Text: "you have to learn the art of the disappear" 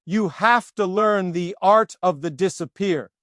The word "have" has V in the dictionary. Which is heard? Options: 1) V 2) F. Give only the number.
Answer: 2